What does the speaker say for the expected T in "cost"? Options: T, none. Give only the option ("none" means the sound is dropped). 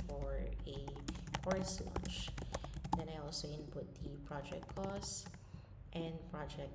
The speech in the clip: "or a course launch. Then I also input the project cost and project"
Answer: T